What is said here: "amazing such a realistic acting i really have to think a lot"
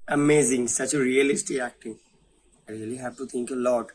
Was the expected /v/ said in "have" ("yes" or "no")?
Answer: no